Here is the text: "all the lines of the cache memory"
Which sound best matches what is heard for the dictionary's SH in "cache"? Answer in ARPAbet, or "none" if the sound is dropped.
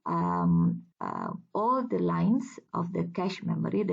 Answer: SH